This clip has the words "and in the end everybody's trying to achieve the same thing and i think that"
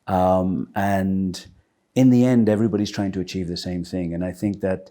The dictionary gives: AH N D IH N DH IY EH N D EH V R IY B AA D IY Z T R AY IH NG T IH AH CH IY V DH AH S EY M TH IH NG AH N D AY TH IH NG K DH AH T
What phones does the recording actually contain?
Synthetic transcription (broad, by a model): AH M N IH N DH IY EH N D EH V R IY B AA D IY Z T R AY IH NG T IH AH CH IY V DH AH S EY M TH IH NG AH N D AY TH IH NG K DH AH T